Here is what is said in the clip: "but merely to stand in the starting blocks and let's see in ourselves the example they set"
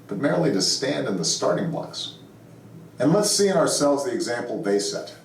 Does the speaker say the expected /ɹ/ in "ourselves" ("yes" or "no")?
yes